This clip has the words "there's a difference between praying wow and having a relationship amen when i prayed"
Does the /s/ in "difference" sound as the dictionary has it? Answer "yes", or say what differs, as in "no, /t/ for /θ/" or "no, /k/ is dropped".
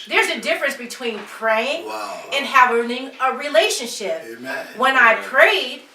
yes